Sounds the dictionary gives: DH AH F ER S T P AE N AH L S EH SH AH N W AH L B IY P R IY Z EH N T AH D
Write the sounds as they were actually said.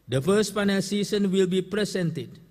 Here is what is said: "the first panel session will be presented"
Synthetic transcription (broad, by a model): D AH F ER S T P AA N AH L S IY S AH N W AH L B IY P R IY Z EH N T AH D